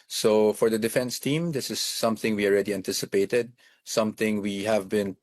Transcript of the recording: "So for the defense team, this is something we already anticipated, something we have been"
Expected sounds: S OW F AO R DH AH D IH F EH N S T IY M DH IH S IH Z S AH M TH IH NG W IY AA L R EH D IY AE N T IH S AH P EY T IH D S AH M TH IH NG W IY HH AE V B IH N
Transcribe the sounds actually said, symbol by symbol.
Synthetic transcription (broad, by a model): S OW F AO R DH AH D IH F EH N S T IY M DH IH S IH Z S AH M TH IH NG W IY AA L R EH D IY AE N T IH S AH P EY T IH D S AH M TH IH NG W IY HH AE V B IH N